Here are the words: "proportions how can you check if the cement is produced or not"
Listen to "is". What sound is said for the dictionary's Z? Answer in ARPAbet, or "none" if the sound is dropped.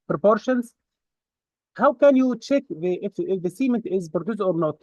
Z